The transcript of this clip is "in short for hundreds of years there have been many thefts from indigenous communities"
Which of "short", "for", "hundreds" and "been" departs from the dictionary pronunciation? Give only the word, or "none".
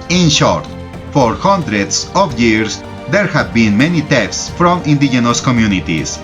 hundreds